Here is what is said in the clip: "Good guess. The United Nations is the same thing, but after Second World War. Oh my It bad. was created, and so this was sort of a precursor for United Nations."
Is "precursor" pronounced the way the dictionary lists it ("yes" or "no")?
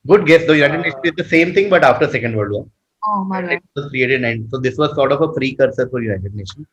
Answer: no